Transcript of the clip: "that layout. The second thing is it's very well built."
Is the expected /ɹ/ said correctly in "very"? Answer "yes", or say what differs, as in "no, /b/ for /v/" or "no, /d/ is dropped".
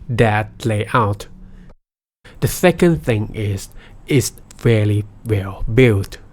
no, /l/ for /ɹ/